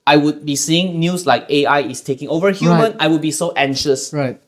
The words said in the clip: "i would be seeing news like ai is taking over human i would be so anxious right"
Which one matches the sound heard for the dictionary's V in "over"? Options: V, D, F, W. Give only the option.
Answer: V